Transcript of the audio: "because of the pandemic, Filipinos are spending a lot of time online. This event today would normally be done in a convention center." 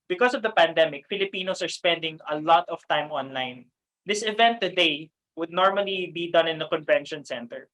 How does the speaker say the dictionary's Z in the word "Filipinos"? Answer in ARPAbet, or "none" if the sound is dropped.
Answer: S